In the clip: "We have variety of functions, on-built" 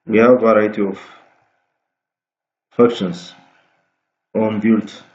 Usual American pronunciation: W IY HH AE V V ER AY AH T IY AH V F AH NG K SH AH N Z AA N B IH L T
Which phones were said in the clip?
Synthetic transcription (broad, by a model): W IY HH AE V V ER AY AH T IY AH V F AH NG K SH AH N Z AA N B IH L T